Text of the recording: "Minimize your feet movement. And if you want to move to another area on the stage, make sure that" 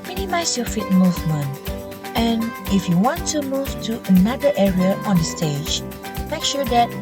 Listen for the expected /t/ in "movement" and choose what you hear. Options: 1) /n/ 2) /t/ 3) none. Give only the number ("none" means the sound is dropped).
3